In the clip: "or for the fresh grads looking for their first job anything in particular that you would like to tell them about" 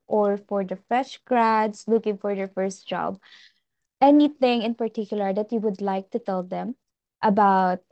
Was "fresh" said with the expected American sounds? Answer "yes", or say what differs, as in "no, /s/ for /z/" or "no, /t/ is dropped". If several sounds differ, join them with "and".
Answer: no, /ɹ/ is dropped